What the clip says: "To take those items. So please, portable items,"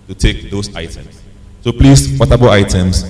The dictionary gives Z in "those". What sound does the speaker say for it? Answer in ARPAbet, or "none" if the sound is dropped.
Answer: S